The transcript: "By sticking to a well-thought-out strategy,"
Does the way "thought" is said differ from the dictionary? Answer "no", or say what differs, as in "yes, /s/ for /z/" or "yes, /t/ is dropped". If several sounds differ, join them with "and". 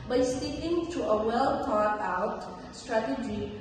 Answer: yes, /t/ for /θ/